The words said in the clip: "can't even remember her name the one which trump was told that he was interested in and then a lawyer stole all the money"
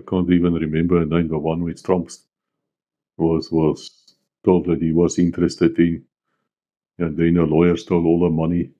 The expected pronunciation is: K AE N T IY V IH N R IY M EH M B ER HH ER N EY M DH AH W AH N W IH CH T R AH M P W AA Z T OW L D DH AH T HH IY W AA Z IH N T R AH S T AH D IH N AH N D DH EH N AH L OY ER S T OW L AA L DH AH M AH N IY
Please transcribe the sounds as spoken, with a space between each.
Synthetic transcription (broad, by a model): K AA N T IY V IH N R IY M EH M B ER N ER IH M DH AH W AH N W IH S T R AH M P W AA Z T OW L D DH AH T HH IY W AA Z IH N T R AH S T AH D IH N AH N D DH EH N AH L OY ER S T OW L AA L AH M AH N IY